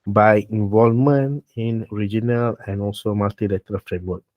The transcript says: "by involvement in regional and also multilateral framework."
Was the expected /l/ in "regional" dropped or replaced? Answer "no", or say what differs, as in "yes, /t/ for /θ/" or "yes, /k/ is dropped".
no